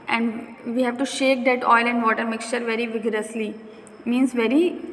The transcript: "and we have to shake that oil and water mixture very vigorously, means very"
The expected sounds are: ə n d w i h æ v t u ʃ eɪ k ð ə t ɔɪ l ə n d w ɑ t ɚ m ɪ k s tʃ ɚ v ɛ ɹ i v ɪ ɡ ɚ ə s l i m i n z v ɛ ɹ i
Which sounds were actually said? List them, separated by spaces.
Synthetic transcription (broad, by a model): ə n d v i h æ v t u ʃ eɪ k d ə t ɔɪ l ə n d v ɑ t ɚ m ɪ k s tʃ ɚ v ɛ ɹ i v ɪ ɡ ɚ ə s l i m i n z v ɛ ɹ i